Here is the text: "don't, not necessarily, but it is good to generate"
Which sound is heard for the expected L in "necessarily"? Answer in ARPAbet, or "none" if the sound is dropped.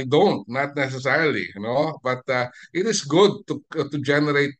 N